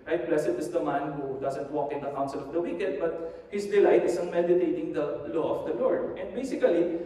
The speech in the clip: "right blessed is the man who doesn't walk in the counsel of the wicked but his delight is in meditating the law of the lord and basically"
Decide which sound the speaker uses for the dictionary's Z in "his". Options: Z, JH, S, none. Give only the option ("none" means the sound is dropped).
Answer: S